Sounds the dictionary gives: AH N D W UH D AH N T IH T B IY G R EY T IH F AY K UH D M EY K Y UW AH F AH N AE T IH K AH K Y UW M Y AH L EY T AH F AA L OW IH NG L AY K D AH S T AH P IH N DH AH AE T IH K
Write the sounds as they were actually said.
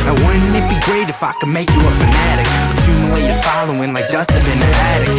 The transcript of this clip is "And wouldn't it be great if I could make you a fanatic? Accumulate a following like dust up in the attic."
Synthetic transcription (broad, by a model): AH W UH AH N IH T B IY G R EY T IH F AY K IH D M EY K Y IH AH F AH N AE T IH K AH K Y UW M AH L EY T AH F AA L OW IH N L AY K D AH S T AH B IH N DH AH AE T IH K